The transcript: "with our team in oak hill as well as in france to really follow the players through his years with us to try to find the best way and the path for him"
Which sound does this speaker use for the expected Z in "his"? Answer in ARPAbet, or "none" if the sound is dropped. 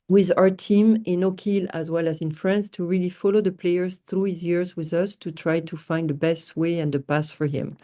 Z